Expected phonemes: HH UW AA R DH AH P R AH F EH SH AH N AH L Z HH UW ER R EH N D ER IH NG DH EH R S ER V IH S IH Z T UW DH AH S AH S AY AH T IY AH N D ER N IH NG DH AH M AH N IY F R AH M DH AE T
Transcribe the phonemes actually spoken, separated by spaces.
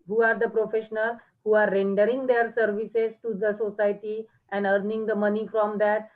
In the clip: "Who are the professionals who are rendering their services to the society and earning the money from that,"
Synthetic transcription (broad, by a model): HH UW AA R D AH P R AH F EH SH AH N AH L HH UW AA R EH N D ER IH NG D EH R S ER V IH S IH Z T UW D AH S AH S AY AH T IY AH N D ER N IH NG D AH M AH N IY F R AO M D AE T